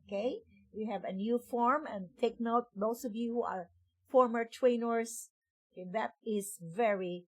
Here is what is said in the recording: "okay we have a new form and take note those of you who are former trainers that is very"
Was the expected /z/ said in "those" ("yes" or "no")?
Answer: no